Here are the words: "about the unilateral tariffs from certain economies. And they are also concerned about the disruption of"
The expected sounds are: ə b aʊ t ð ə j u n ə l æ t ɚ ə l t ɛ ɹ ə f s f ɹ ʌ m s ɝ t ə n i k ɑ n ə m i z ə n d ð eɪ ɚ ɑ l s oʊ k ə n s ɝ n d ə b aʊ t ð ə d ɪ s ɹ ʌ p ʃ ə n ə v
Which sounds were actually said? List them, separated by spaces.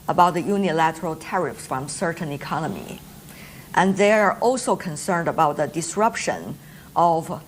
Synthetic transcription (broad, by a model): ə b aʊ t ð ə j u n ə l æ t ɚ ə l t ɛ ɹ ə f s f ɹ ʌ m s ɝ t n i k ɑ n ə m i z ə n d ð eɪ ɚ ɑ l s oʊ k ə n s ɝ n d ə b aʊ t ð ə d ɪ s ɹ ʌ p ʃ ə n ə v